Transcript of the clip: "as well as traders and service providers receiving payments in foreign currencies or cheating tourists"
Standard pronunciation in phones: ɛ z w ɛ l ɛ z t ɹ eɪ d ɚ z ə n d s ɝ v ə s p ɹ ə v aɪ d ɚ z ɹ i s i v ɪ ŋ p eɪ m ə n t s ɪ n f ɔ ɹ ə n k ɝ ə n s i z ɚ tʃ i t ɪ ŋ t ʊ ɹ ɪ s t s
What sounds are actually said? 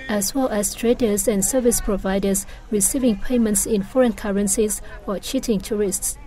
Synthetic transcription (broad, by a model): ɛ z w ɛ l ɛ s t ɹ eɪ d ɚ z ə n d s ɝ v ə s p ɹ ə v aɪ d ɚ s ɹ i s i v ɪ ŋ p eɪ m ə n t s ɪ n f ɔ ɹ ə n k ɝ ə n s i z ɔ tʃ i t ɪ ŋ t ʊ ɹ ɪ s t s